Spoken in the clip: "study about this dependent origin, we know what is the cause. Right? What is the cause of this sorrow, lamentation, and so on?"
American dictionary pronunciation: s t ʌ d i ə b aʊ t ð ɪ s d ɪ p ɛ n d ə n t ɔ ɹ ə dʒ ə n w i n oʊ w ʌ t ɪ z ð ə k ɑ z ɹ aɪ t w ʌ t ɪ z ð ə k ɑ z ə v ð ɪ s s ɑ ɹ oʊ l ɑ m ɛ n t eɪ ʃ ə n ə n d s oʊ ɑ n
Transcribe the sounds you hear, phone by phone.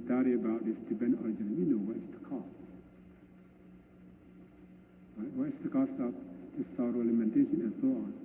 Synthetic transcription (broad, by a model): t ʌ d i ə b aʊ t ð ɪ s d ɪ b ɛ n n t ɔ ɹ ə dʒ ə n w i n oʊ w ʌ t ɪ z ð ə k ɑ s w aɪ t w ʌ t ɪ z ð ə k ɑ s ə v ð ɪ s s ɑ ɹ oʊ l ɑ m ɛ n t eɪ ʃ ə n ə n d s oʊ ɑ n